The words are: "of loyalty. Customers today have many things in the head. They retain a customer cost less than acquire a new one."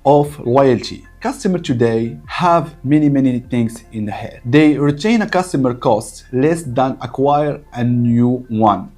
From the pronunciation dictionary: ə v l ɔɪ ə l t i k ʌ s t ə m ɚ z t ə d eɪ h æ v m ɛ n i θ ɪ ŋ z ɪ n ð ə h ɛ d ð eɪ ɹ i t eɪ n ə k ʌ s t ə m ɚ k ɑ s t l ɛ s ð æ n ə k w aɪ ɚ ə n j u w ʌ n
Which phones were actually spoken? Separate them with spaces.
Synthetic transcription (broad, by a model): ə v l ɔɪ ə l t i k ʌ s t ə m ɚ t ə d eɪ h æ v m ɛ n i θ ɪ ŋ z ɪ n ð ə h ɛ d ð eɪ ɹ i t eɪ n ə k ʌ s t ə m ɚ k ɑ s t l ɛ s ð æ n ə k w aɪ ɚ ə n j u w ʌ n